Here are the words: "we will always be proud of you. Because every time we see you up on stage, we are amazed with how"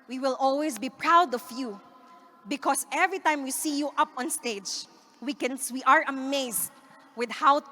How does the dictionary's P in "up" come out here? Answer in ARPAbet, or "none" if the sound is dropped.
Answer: P